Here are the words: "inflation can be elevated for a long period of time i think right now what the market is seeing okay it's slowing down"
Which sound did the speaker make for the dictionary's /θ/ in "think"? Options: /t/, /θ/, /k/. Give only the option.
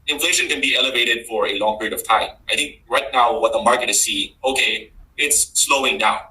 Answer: /θ/